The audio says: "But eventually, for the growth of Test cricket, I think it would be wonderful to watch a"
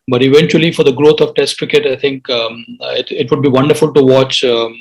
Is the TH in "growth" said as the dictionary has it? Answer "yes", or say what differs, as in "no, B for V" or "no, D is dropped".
no, T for TH